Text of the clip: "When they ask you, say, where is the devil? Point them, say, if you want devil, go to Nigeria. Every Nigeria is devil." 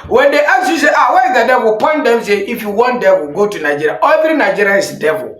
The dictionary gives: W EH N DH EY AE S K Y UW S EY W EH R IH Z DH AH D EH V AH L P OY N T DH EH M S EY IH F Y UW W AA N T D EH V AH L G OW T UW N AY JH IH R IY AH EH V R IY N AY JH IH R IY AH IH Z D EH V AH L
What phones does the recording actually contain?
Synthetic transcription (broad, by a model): W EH N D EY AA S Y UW S EY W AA W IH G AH D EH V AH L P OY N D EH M S EY IH F Y UW W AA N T D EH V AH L G OW T UW N AY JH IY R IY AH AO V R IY N AY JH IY R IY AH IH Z D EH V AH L